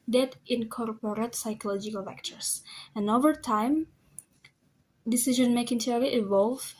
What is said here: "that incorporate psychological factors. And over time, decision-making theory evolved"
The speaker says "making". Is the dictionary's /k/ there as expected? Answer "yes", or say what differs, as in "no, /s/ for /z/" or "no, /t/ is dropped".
yes